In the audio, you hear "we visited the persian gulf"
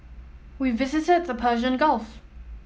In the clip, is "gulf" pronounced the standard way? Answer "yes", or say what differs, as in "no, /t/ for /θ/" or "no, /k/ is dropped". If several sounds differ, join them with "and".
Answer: yes